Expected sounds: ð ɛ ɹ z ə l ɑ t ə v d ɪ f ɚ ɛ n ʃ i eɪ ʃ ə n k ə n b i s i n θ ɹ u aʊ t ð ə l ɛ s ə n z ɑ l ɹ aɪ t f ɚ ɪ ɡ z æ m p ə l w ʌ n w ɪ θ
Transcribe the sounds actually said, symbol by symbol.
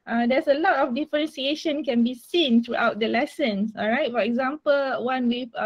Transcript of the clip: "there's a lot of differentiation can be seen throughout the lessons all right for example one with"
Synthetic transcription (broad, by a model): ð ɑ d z ə l ɑ t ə f d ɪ f ɚ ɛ n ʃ i eɪ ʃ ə n k ə n b i s i n t ɹ u aʊ t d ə l ɛ s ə n s ɑ l ɹ aɪ t f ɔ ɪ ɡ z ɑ m p ə l w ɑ n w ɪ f